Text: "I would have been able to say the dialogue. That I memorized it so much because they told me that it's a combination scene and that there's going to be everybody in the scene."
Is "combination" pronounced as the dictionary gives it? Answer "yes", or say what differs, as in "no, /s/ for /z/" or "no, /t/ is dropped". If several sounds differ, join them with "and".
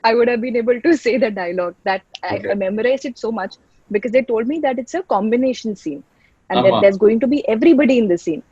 yes